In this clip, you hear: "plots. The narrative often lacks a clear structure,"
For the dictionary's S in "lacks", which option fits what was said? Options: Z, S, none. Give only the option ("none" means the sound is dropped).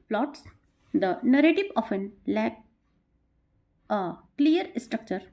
none